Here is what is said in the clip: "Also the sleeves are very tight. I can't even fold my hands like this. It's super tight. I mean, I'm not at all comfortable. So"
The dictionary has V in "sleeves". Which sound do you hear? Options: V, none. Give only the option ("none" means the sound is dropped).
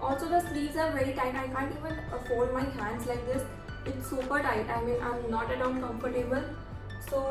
none